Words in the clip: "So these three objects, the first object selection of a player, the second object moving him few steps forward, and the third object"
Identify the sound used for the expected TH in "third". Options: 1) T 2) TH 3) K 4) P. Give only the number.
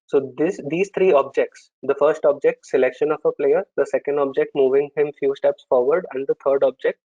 1